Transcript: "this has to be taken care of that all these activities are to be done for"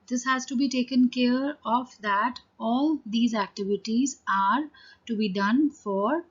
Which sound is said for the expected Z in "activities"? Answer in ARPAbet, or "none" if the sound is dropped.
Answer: Z